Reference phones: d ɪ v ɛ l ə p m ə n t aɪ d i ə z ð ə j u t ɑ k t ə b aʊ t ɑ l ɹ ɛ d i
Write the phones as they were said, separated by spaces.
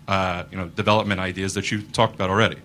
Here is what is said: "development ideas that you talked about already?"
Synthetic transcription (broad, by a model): d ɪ v ɛ l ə p m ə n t aɪ d i ə z ð ə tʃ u t ɑ k t ə b aʊ t l ɹ ɛ d i